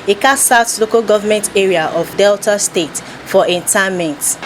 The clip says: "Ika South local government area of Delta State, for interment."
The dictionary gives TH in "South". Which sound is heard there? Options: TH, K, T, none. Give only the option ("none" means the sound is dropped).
T